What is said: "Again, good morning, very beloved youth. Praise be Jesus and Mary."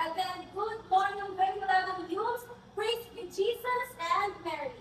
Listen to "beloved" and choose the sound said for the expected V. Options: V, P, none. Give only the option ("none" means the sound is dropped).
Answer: none